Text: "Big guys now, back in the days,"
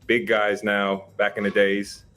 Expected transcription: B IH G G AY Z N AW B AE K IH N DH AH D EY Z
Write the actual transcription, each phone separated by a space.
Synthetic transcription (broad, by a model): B IH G G AY Z N AW B AE K IH N DH AH D EY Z